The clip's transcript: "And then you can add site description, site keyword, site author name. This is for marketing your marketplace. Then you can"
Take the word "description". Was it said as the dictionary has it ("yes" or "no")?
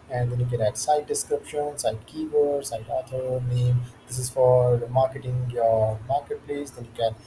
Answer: yes